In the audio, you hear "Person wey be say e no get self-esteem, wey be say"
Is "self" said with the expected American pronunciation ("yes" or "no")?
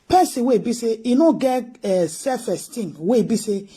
no